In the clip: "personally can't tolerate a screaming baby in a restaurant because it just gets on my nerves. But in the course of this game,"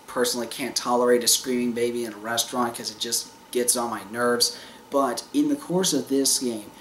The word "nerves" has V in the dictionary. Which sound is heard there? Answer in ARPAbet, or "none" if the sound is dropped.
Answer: V